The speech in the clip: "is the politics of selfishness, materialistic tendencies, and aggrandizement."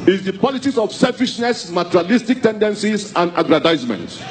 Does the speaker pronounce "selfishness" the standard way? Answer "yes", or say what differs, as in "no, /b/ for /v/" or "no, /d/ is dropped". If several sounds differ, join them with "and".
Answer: yes